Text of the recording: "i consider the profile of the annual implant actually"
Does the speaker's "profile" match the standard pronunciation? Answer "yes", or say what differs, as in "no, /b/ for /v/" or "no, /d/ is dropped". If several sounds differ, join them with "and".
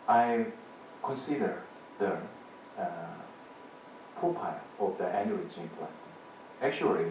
no, /ɹ/ is dropped and /p/ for /f/